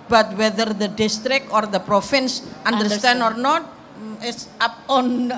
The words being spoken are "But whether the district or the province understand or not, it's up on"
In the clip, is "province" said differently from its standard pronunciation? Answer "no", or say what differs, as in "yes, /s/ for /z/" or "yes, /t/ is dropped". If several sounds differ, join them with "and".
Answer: yes, /f/ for /v/